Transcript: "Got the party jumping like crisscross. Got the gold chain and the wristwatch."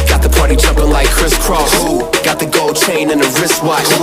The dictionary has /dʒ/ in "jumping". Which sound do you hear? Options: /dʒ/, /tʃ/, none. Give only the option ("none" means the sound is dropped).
/tʃ/